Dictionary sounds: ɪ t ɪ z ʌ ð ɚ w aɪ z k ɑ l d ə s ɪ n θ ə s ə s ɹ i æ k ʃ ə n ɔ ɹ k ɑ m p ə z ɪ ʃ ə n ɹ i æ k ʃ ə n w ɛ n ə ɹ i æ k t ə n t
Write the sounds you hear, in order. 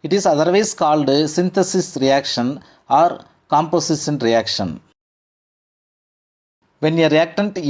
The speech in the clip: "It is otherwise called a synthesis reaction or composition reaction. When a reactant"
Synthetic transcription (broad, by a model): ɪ t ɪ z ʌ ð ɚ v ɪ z k ɑ l d s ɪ n t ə s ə s ɹ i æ k ʃ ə n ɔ ɹ k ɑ m p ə s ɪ s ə n ɹ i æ k ʃ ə n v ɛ n ə ɹ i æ k t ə n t